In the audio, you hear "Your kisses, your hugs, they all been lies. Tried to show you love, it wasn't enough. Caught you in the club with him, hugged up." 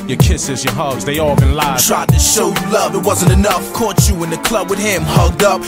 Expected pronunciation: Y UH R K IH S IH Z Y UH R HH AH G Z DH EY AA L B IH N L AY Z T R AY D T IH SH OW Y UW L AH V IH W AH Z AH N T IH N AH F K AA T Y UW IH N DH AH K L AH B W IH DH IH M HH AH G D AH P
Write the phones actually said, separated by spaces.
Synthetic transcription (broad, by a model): Y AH R K IH S IH Z Y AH R HH AH G Z DH EY AA L B IH N L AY T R AY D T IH SH OW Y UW L AH V IH W AH Z AH N T IH N AH F K AA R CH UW IH N DH AH K L AH B W IH DH IH M HH AH G D AH P